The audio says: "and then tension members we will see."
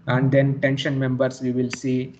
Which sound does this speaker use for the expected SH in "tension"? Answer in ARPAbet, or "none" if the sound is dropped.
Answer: SH